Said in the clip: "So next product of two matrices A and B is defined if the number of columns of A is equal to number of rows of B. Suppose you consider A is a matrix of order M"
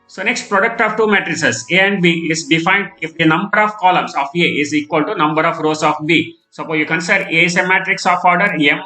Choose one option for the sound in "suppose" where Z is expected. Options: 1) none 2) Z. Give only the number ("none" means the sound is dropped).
1